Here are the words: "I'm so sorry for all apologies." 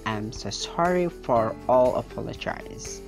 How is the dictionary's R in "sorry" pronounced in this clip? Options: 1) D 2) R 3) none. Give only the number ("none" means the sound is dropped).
2